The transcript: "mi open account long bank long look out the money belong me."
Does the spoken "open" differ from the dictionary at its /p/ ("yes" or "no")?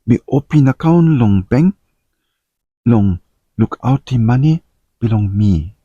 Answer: no